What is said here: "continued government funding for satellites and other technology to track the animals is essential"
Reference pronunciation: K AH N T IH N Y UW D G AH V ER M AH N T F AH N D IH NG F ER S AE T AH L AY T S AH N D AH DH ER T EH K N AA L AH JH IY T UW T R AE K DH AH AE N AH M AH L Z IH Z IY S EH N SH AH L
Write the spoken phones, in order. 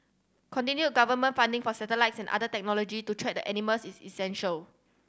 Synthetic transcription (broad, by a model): K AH N T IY N Y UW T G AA V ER M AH N T F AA N D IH NG F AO S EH T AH L AY T S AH N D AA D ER T EH K N AA L AH JH IY T UW T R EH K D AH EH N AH M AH L S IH S IY S EH N SH AH L